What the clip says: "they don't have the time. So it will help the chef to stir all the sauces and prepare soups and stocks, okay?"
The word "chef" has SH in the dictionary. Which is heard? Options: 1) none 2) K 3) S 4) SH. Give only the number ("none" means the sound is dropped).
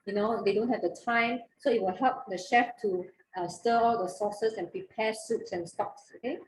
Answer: 4